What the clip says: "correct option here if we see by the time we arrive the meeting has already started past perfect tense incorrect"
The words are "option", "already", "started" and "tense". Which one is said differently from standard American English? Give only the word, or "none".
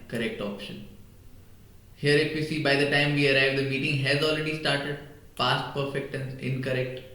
tense